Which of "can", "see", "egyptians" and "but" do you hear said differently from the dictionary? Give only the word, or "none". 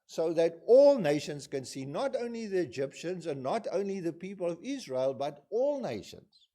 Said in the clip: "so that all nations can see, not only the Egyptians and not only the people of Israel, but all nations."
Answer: none